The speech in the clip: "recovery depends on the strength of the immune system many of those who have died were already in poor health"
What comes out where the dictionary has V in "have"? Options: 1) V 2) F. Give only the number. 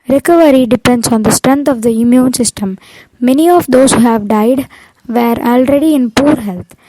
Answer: 1